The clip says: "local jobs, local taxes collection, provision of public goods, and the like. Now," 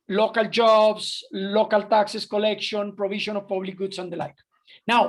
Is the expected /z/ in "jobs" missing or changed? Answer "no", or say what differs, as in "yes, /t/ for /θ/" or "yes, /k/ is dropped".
yes, /s/ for /z/